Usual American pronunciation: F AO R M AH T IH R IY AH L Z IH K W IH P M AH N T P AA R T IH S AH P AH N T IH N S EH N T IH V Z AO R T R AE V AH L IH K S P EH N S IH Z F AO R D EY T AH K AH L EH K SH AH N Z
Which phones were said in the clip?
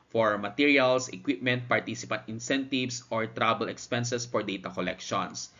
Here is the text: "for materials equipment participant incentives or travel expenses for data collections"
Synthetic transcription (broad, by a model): F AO R M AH T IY R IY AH L S IH K W IH P M AH N T P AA R T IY S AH P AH N T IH N S EH N T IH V S AO R T R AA B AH L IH K S P EH N S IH S F AO R D EY T AH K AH L EH K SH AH N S